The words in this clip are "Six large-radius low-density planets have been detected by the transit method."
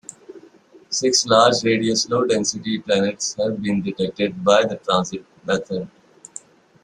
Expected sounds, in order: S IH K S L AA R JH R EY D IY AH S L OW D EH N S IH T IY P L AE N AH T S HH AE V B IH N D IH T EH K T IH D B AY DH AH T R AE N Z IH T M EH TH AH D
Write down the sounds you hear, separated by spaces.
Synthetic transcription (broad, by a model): S IH K S L AA R JH R EY D IY AH S L OW D EH N S IH T IY P L AE N AH T S HH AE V B IH N D IH T EH K T IH D B AY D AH T R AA N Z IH T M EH T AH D